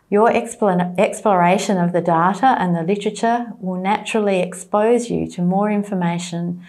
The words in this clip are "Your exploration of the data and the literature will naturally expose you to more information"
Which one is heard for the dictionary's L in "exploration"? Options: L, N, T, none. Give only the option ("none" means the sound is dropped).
L